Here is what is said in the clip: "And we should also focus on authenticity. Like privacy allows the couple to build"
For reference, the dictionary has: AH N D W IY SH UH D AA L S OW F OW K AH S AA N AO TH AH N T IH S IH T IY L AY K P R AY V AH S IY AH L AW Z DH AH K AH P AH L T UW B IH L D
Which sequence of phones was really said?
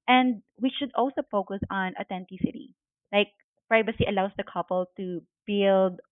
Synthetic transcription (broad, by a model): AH N D W IY SH UH D AA L S OW F OW K AH S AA N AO T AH N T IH S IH T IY L AY K P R AY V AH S IY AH L AW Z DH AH K AH P AH L T UW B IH L D